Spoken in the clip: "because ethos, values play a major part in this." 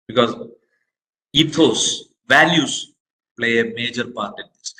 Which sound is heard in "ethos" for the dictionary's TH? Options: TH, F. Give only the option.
F